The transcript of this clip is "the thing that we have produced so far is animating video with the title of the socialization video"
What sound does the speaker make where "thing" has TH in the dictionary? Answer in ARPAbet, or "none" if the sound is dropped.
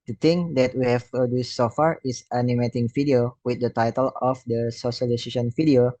T